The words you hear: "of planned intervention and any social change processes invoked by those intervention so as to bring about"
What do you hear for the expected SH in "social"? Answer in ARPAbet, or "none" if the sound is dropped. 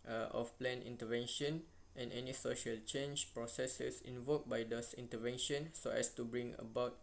SH